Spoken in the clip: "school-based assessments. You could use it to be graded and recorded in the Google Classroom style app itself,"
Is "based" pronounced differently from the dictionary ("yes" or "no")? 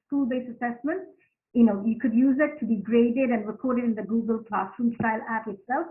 yes